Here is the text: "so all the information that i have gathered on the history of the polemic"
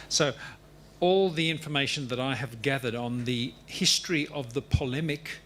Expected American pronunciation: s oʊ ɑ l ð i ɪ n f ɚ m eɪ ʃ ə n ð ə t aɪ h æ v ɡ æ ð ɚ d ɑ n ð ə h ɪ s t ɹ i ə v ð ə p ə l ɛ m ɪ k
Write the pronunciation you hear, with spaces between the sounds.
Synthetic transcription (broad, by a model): s oʊ ɑ l ð i ɪ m f ɚ m eɪ ʃ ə n ð ə t aɪ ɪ v ɡ æ ð ɚ d n ð ə h ɪ s t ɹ i ə v ð ə p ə l ɛ m ɪ k